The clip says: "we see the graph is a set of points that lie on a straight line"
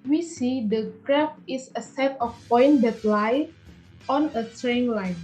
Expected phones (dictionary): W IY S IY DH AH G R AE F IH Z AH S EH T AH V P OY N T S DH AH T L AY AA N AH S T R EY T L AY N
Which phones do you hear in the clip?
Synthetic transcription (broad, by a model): W IY S IY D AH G R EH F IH S AH S EH T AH F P OY N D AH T L AY AA N AH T R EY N L AY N